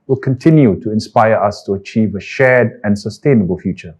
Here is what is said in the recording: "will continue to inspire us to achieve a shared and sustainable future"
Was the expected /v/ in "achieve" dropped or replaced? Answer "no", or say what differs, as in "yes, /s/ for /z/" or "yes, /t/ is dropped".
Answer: no